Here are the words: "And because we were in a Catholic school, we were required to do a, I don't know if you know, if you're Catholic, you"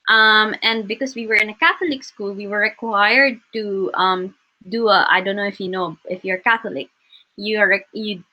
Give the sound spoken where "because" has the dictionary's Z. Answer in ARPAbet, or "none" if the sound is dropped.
S